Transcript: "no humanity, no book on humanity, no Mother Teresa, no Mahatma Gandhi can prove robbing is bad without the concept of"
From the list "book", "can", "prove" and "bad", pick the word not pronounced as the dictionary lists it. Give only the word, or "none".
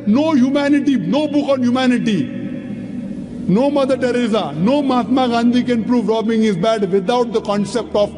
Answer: none